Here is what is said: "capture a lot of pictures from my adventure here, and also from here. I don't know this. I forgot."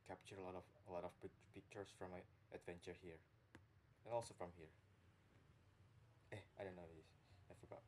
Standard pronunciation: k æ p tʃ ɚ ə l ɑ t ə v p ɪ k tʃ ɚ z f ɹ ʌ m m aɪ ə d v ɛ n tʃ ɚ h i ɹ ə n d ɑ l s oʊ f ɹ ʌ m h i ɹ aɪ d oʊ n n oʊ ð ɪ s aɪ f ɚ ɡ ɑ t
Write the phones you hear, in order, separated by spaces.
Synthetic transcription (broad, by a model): k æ p tʃ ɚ ə l ɑ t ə p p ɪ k tʃ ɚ s f ɹ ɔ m m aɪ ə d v ɛ n tʃ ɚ h i ɹ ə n ɑ l s oʊ f ɹ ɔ m h i ɹ aɪ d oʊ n n oʊ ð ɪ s aɪ f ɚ ɡ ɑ t